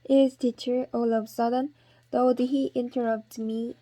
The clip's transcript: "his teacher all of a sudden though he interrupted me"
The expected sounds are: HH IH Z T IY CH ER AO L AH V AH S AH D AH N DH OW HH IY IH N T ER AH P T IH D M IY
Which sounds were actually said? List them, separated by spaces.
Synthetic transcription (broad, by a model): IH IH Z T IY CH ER AO L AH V S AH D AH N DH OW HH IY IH N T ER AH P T M IY